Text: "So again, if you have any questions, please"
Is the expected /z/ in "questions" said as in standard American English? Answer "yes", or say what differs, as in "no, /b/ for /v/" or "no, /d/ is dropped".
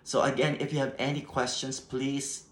no, /s/ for /z/